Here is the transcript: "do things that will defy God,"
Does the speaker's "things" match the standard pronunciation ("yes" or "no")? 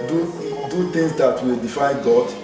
no